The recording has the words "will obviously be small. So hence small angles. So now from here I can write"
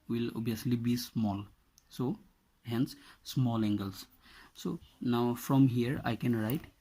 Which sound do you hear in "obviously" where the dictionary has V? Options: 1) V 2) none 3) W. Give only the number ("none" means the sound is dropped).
2